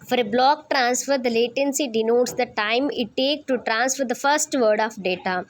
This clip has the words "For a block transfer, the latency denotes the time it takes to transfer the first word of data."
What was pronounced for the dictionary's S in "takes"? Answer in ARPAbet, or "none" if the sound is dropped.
none